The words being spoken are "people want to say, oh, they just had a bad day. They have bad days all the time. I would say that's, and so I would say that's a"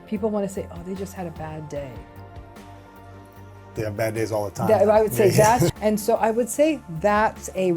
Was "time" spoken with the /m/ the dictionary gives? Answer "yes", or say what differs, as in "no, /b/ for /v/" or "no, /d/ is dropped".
no, /m/ is dropped